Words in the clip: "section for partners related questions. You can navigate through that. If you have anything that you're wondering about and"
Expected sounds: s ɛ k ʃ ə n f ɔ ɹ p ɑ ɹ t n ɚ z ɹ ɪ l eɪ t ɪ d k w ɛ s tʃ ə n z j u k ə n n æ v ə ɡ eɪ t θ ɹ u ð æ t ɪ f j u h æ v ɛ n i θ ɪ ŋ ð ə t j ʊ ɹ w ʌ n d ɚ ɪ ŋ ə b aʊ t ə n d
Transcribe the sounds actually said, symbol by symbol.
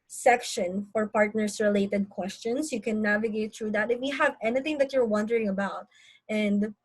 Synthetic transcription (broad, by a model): s ɛ k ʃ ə n f ɔ ɹ p ɑ ɹ t n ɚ s ɹ ɪ l eɪ t ɪ d k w ɛ s tʃ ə n s j u k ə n n æ v ə ɡ eɪ t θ ɹ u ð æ t ɪ f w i h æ v ɛ n i θ ɪ ŋ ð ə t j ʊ ɹ w ʌ n d ɚ ɪ ŋ ə b aʊ t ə n d